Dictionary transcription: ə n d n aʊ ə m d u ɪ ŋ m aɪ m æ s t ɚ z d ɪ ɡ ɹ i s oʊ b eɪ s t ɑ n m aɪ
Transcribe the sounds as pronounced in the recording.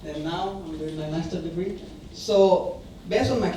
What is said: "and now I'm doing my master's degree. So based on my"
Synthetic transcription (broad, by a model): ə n n aʊ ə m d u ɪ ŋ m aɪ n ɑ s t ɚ d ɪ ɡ ɹ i s oʊ b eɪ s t ɑ n m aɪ